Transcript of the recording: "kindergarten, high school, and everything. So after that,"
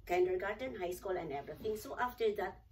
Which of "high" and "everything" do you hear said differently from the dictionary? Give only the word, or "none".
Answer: everything